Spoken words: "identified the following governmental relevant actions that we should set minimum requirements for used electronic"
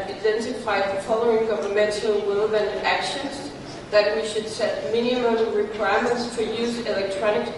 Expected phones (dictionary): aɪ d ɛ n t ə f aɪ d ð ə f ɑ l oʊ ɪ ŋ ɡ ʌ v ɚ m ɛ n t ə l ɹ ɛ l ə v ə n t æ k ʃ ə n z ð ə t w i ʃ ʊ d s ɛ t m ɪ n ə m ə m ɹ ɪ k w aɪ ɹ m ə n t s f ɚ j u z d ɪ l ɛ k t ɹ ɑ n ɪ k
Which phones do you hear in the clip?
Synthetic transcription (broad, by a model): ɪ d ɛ n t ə f aɪ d ð ə f ɑ l oʊ ɪ ŋ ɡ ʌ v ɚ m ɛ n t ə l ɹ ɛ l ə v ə n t æ k ʃ ə n z ð ə t w i ʃ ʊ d s ɛ t m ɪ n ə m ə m ɹ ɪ k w aɪ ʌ m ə n t s f ɚ j u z ɪ l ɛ k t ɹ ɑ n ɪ k